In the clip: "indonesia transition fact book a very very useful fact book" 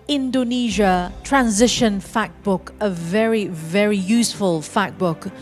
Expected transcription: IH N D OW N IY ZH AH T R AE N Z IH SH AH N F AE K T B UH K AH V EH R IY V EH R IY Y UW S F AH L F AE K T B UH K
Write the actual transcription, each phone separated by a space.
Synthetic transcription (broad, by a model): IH N D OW N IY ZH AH T R AE N Z IH SH AH N F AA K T B UH K AH V EH R IY V EH R IY Y UW S F AH L F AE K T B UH K